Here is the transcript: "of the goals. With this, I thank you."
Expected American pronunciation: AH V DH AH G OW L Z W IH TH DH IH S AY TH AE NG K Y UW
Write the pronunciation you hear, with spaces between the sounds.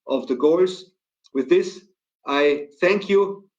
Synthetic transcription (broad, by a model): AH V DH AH G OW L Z W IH DH IH S AY TH AE NG K Y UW